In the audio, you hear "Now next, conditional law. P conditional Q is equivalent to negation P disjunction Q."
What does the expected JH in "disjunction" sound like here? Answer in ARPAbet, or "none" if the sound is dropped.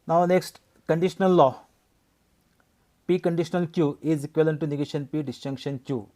CH